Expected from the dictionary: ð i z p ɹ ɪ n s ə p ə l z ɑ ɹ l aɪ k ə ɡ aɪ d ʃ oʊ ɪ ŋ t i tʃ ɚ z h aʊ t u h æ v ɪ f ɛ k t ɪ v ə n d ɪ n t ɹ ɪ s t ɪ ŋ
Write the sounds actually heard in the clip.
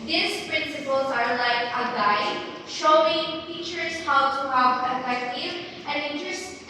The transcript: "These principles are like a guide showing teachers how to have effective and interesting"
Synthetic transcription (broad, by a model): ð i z p ɹ ɪ n s ə p ə l z ɑ ɹ l aɪ k ə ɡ aɪ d ʃ oʊ ɪ ŋ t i tʃ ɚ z h aʊ t u h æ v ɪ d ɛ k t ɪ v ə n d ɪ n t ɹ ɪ s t